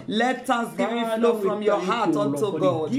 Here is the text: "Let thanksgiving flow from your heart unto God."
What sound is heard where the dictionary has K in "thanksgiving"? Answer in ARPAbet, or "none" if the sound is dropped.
none